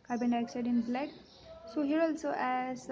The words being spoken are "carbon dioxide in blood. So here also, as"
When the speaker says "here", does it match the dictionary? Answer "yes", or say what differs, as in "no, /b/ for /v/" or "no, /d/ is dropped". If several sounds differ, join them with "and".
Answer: yes